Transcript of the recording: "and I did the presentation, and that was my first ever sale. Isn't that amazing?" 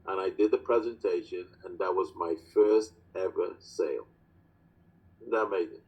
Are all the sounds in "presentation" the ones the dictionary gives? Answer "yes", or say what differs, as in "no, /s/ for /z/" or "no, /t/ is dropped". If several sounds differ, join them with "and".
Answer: yes